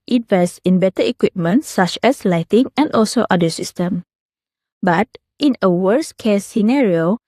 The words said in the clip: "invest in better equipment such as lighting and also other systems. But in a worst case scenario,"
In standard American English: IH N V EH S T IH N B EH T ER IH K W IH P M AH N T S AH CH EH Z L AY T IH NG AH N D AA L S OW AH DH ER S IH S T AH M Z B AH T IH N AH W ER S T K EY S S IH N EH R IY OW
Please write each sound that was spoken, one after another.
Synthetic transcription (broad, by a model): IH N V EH S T IH N B EH T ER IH K W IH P M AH N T S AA CH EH S L AY T IH NG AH N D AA L S OW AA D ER S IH S T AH M B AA T IH N AH W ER S K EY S S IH N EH R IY OW